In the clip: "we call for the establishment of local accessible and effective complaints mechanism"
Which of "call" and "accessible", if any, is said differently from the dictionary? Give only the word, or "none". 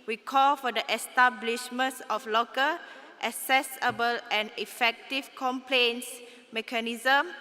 accessible